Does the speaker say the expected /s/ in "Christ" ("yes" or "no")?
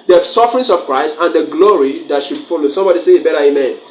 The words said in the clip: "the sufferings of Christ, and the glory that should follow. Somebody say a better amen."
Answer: yes